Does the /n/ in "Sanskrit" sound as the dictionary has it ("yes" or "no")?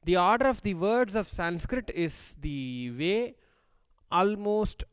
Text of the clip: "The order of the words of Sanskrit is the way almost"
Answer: yes